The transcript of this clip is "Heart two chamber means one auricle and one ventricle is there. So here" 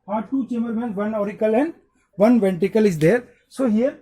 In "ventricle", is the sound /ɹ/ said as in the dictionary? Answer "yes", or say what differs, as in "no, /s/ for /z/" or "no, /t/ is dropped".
no, /ɹ/ is dropped